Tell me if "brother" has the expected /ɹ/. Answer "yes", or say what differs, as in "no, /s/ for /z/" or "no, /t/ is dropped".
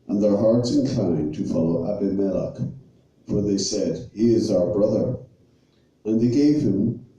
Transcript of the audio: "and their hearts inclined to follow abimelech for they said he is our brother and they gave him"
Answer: yes